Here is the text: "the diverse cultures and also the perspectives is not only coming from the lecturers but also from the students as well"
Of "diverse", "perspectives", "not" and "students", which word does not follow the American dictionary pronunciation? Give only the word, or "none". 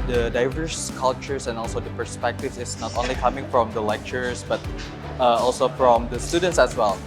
perspectives